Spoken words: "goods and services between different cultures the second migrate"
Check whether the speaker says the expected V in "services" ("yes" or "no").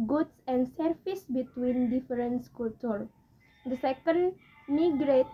no